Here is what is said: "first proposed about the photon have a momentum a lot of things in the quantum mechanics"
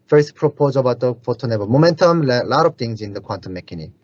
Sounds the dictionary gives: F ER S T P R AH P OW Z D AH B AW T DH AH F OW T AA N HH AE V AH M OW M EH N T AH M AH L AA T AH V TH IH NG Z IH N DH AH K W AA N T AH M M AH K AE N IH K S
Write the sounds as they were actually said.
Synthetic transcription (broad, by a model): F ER S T P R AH P OW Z AH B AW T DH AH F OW T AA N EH B AH M OW M EH N T AH M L L AA T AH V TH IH NG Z IH N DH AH K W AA N T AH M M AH K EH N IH